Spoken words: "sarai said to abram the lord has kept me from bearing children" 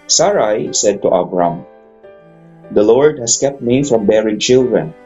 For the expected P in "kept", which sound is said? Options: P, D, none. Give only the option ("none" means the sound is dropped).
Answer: P